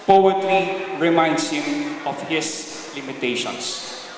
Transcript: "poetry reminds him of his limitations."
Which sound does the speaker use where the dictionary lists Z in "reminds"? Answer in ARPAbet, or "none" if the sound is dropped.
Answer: S